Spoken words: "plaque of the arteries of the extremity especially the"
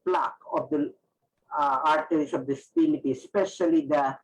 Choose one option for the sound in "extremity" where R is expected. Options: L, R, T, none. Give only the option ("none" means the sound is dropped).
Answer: none